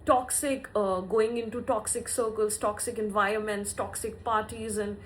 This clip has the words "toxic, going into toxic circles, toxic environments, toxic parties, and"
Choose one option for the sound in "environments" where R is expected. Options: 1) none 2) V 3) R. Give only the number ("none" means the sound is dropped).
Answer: 3